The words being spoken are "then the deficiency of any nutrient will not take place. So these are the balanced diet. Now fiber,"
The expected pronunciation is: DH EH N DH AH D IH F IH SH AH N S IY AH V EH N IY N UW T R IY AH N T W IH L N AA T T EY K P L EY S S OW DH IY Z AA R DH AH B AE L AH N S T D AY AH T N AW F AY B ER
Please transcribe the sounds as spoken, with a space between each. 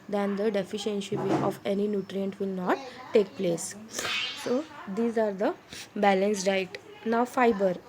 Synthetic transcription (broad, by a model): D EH N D AH D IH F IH SH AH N SH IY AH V EH N IY N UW T R IY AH N T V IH L N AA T T EY K P L EY S S OW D IY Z AA R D AH B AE L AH N S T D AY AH T N AW F AY B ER